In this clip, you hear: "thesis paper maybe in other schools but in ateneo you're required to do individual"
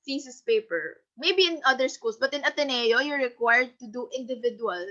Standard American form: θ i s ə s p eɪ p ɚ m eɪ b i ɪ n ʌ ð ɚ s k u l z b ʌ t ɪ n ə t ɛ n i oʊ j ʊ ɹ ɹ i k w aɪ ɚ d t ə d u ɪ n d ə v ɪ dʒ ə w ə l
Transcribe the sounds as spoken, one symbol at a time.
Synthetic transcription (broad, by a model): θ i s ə s p eɪ p ɚ m eɪ b i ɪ n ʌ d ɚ s k u l s b ʌ t ɪ n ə t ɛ n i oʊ j ʊ ɹ ɹ i k w aɪ ɚ d t ə d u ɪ n d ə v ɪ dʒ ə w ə l